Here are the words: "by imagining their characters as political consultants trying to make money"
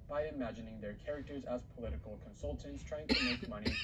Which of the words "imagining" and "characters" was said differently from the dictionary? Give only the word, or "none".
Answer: none